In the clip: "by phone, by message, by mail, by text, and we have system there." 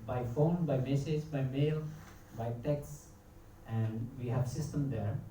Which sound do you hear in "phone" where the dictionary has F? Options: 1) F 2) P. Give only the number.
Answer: 1